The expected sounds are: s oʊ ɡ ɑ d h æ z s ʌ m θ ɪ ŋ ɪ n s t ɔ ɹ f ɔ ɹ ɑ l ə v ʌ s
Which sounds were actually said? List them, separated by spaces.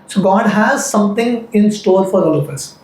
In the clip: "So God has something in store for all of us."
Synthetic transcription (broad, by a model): s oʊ ɡ ɑ d h æ z s ʌ m t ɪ ŋ ɪ n s t ɔ l f ɔ ɹ ɑ l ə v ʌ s